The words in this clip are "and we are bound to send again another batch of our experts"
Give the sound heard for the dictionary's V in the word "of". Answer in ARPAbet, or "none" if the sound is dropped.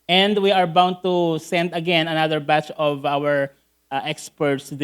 V